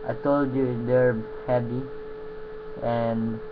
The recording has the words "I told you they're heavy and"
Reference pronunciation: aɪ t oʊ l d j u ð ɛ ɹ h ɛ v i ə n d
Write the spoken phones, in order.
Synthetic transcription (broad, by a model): aɪ t oʊ l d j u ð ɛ ɹ h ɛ p i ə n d